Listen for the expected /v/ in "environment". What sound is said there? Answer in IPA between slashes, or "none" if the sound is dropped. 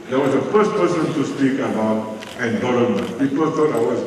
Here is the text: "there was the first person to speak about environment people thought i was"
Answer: /b/